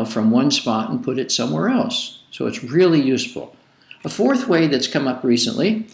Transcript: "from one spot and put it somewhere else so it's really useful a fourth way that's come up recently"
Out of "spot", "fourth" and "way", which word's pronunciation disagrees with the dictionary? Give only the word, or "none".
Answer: none